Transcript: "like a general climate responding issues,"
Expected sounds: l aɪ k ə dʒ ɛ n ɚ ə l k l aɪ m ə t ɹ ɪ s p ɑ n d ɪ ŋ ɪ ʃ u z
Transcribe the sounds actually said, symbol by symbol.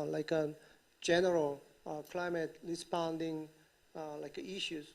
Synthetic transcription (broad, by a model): l aɪ k ə dʒ ɛ n ɚ ə l k l aɪ m ə t l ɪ s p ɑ n d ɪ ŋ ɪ ʃ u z